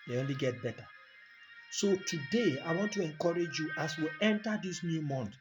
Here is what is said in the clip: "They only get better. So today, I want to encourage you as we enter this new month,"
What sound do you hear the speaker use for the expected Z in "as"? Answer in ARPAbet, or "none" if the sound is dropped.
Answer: S